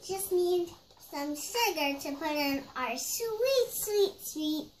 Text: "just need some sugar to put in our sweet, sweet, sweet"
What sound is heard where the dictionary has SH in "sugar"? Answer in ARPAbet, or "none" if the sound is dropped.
S